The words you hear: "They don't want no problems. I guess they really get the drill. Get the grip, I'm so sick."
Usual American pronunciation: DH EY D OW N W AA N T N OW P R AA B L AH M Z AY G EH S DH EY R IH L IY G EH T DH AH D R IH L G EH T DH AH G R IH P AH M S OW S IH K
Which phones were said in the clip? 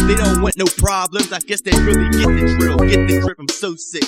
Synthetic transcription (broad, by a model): DH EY D OW N W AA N N OW P R AA B L AH M Z AY G EH S DH EY R IH L IY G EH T DH AH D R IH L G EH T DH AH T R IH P AH M S OW S IH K